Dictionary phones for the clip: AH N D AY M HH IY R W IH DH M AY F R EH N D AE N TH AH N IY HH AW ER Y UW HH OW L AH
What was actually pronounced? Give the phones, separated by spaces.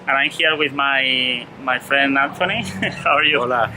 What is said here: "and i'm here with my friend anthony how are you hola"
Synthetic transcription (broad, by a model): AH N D AY M HH IY R W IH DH M AY F R EH N D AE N T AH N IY HH AW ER Y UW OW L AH